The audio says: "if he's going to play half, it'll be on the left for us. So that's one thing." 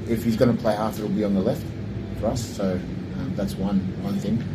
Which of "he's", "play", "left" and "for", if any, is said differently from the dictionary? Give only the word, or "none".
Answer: none